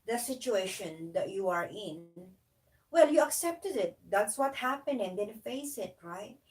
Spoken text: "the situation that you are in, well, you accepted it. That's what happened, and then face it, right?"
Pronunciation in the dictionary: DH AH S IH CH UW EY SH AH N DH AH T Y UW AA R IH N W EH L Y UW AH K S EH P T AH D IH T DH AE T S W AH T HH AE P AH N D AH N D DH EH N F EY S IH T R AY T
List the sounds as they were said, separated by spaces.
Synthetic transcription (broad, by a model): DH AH S IH CH UW EY SH AH N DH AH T Y UW AA R IH N W EH L Y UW AH K S EH P T AH D IH T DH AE T S W AH T HH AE P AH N AH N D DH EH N F EY S IH T R AY T